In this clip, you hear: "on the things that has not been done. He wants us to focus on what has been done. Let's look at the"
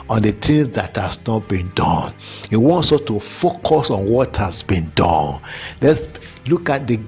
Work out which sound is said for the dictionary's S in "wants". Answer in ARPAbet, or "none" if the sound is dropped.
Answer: S